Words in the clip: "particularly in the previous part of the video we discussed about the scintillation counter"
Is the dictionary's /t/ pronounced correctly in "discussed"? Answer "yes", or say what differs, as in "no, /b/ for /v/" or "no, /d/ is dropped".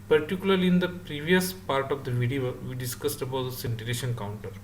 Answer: yes